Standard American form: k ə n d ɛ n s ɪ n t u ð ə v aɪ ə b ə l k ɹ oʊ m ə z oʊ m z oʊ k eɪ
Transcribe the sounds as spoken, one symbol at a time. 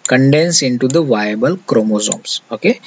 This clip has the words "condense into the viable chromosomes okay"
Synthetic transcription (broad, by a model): k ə n d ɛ n s ɪ n t u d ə v aɪ ə b ə l k ɹ oʊ m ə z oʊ m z oʊ k eɪ